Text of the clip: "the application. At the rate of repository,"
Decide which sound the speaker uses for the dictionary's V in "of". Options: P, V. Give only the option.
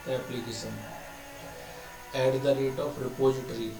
P